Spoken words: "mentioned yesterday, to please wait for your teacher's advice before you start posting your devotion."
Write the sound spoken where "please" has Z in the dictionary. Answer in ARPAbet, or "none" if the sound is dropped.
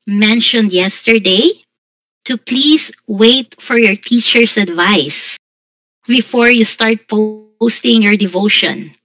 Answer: S